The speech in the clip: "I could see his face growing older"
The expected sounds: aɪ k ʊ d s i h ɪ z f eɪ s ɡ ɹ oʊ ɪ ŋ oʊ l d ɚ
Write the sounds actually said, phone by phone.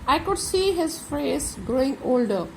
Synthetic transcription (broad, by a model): aɪ k ʊ d s i h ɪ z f eɪ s ɡ ɹ oʊ ɪ ŋ oʊ l d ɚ